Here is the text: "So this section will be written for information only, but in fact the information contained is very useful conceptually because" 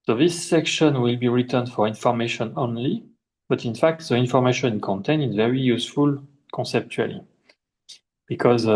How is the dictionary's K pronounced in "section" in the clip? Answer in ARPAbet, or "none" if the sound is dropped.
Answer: K